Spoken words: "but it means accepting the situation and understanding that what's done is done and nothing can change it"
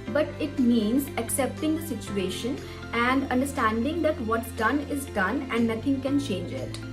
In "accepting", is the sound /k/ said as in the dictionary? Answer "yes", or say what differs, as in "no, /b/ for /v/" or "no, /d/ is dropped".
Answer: yes